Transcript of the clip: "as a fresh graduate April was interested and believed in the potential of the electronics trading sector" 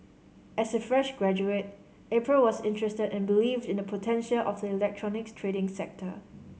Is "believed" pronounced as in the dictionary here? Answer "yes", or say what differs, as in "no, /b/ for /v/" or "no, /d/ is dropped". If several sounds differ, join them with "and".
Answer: yes